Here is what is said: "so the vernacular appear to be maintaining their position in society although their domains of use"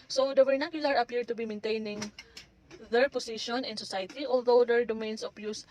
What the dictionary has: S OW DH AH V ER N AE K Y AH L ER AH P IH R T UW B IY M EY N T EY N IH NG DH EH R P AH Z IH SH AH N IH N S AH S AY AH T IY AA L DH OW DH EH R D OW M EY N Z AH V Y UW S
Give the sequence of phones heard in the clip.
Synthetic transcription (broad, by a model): S OW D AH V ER N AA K Y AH L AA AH P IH R T UW B IY M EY N T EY N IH NG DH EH R P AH S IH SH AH N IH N S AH S AY T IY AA L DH OW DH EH R D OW M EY N S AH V Y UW S